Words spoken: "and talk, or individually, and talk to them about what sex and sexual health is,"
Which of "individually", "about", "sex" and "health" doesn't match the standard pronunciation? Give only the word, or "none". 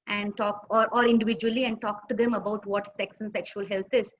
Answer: health